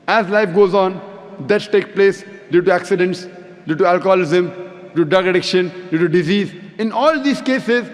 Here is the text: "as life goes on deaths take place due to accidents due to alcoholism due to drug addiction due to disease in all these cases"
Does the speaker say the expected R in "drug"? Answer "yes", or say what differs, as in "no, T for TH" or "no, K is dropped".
no, R is dropped